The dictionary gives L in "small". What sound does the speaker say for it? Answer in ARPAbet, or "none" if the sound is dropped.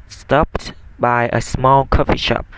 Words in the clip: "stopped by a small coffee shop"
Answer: L